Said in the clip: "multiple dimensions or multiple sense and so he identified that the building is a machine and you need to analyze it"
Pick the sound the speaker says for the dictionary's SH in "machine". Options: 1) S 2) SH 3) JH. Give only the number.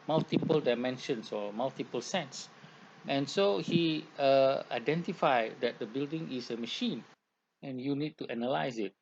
2